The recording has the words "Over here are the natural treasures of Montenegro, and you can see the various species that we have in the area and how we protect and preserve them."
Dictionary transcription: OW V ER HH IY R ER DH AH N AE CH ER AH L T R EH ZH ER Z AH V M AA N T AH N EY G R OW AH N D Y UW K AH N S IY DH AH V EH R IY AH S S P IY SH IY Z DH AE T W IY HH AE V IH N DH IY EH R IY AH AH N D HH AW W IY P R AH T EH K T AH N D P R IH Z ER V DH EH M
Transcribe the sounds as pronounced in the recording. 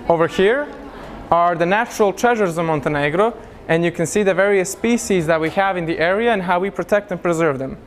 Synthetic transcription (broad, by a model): OW V ER HH IY R ER DH AH N AE CH ER AH L T R EH ZH ER Z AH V M AA N T AH N EY G R OW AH N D Y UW K AH N S IY DH AH V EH R IY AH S S P IY SH IY Z DH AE T W IY HH AE V IH N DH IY EH R IY AH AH N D HH AW W IY P R AH T EH K T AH N P R IH Z ER V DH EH M